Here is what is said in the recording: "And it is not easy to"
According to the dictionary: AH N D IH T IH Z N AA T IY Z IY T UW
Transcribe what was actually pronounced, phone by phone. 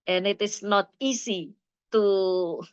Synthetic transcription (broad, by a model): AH N IH T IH S N AA T IY S IY T UW